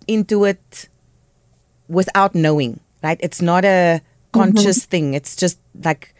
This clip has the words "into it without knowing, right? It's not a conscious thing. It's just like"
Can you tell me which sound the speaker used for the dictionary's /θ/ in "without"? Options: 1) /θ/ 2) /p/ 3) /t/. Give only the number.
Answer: 1